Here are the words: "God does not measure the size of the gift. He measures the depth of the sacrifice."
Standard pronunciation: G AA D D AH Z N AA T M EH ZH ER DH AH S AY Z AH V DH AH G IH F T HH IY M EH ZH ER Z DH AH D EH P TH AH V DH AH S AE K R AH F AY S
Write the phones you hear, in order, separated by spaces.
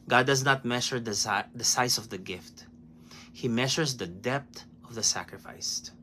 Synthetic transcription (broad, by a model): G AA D D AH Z N AA T M EH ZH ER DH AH S AY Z AH V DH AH G IH F T HH IY M EH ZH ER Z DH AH D EH P T AH V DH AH S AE K R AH F AY S